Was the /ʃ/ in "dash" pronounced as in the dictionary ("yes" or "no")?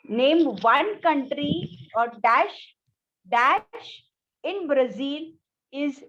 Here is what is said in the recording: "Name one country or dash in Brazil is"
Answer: yes